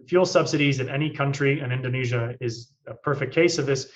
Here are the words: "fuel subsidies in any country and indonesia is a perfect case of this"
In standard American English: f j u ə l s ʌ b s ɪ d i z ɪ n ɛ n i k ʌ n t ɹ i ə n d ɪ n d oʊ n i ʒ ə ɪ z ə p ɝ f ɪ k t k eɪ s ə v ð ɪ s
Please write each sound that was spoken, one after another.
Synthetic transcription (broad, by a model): f j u l s ʌ b s ɪ d i z ɪ n ɛ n i k ʌ n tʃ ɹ i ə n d ɪ n d oʊ n i ʒ ə ɪ z ə p ɝ f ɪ k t k eɪ s ə v ð ɪ s